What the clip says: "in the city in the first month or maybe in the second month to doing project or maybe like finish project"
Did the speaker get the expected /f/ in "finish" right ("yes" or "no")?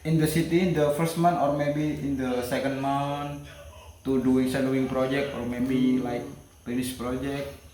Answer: no